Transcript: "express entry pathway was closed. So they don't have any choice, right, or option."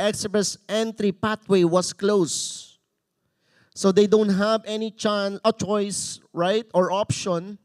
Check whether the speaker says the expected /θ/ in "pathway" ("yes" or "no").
no